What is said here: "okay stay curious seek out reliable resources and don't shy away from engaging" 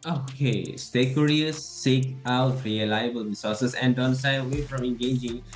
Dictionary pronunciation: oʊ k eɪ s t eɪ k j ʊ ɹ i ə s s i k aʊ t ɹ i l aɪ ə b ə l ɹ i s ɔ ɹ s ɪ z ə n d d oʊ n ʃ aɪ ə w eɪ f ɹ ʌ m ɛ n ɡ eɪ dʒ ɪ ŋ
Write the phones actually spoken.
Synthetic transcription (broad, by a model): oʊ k eɪ s t eɪ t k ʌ ɹ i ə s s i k aʊ t ɹ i l aɪ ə b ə l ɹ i s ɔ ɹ s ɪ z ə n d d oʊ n s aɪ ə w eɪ f ɹ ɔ m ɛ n ɡ eɪ dʒ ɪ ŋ